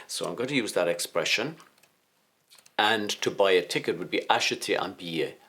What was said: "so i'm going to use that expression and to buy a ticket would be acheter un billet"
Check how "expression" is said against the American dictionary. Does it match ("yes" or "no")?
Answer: yes